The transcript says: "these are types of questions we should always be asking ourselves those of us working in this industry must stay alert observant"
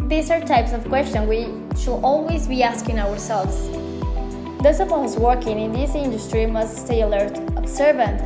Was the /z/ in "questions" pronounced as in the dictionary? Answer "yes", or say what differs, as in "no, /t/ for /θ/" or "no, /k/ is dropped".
no, /z/ is dropped